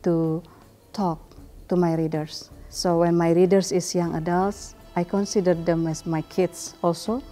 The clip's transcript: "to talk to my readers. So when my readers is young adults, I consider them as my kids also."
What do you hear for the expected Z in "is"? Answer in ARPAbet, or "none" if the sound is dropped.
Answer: S